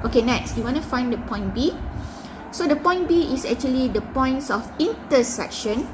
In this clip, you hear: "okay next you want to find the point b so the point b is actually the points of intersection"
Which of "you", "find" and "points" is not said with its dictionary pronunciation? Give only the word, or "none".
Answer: none